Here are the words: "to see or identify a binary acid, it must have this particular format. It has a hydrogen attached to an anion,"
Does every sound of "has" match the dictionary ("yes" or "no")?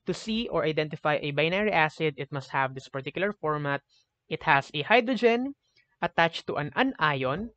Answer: no